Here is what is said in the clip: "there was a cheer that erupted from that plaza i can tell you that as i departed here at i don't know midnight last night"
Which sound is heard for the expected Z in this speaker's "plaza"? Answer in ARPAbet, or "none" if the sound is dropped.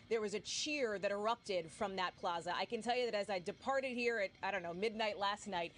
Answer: Z